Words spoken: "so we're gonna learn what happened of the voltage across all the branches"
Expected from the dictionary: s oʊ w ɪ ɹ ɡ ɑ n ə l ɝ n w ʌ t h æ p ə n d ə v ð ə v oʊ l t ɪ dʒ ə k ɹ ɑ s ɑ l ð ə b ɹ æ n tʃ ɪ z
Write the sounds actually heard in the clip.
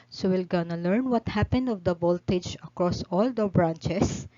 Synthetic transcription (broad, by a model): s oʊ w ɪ l ɡ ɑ n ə l ɝ n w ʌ t h æ p ə n d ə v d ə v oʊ l t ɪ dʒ ə k ɹ ɑ s ɑ l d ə b ɹ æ n tʃ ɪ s